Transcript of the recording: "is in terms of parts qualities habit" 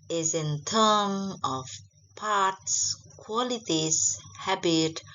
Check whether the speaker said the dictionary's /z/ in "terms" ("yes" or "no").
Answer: no